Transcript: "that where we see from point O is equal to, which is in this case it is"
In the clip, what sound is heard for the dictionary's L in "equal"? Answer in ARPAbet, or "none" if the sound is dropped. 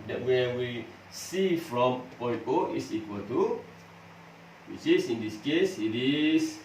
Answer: L